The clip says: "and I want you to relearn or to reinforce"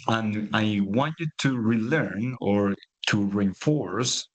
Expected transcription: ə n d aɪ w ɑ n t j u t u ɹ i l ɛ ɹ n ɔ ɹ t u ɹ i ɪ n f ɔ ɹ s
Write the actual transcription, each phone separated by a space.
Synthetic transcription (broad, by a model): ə n aɪ w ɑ n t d t u ɹ i l ɛ ɹ n ɔ ɹ t u ɹ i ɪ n f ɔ ɹ s